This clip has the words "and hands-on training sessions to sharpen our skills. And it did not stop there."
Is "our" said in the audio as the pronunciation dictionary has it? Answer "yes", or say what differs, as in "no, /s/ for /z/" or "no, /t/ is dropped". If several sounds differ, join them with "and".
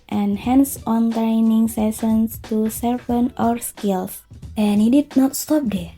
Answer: yes